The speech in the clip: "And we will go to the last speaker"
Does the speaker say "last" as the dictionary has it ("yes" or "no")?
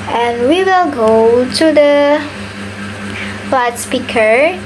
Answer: no